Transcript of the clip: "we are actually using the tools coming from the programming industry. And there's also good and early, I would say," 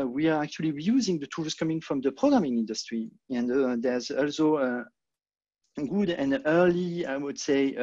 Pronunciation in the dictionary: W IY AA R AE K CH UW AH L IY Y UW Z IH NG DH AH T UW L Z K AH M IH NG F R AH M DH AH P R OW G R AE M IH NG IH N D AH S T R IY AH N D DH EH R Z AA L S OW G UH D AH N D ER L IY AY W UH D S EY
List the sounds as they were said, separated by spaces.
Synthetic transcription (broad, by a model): W IY AA R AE K CH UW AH L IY Y UW Z IH NG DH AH T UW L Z K AH M IH NG F R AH M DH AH P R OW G R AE M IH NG IH N D AH S T R IY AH N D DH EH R Z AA L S OW G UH D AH N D ER L IY AY W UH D S EY